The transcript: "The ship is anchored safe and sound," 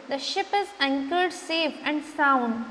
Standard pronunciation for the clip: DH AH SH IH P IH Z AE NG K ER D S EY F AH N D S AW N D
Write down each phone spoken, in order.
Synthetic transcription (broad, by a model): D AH SH IH P IH Z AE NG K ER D S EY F AH N D S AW N